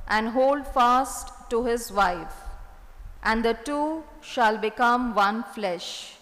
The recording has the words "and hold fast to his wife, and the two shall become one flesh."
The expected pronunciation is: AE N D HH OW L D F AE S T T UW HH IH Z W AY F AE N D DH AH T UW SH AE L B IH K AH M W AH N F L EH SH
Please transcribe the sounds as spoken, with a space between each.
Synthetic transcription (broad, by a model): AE N D HH OW L D F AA S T T UW HH IH Z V AY F AE N D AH T UW SH AE L B IH K AH M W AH N F L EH SH